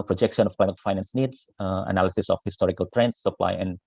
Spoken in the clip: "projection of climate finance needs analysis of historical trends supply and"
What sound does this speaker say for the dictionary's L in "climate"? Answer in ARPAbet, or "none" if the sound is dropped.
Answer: none